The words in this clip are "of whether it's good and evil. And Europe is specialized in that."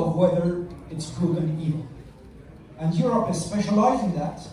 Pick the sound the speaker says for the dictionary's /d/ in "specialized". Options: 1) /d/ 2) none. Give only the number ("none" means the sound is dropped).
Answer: 2